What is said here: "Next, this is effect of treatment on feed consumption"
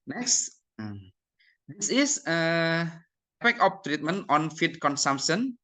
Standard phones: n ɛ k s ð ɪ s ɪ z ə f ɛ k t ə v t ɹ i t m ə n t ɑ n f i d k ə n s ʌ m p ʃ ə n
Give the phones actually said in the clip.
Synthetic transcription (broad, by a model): n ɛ k s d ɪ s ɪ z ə p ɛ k ə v t ɹ i t m ə n t ɑ n f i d k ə n s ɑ m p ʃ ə n